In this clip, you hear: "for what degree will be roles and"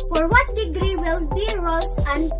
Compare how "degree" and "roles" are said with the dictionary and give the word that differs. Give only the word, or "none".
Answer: roles